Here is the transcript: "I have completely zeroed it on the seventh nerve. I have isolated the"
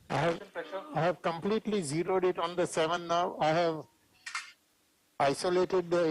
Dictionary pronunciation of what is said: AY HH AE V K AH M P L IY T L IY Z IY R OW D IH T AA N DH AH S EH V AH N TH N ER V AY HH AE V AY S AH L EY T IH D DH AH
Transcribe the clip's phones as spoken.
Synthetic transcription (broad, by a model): AY HH AE V K AH M P L IY T L IY Z IY R OW D IH T AA N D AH S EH V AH N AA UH AY HH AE V AY S AH L EY T IH D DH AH